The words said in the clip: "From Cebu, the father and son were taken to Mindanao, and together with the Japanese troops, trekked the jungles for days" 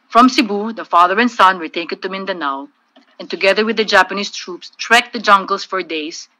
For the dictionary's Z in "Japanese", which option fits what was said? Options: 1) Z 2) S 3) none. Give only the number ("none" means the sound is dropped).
2